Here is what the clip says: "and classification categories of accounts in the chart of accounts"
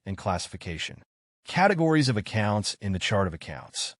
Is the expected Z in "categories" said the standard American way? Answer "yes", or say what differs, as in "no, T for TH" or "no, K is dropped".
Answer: yes